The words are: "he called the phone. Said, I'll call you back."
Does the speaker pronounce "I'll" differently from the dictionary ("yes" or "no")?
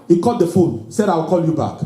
yes